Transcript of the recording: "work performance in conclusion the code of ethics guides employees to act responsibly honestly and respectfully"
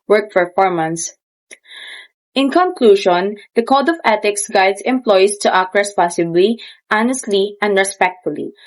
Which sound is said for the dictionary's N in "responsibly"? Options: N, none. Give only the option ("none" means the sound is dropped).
none